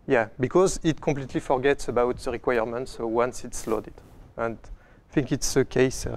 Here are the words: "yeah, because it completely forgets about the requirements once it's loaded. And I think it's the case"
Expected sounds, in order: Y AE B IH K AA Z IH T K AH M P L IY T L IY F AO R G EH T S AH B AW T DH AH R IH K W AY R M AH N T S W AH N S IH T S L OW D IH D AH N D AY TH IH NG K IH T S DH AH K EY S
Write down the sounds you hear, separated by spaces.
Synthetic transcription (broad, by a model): Y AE B IH K AA Z IH T K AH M P L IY T L IY F AO R G EH T S AH B AW T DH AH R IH K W AY R M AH N T S W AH N S IH T S L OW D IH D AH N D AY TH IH NG K IH T S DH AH K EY S